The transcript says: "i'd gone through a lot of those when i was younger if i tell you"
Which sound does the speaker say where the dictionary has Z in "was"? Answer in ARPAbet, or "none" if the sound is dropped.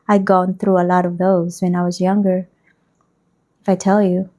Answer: Z